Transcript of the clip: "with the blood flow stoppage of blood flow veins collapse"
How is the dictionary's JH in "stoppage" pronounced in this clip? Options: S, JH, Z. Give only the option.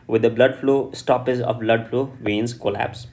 Z